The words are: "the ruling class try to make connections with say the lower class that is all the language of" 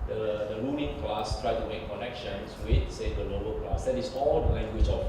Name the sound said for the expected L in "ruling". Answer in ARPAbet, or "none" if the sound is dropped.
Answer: N